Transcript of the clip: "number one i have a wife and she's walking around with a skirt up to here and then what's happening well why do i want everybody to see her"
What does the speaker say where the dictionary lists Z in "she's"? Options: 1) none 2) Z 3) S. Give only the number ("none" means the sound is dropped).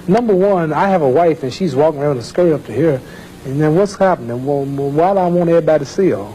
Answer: 2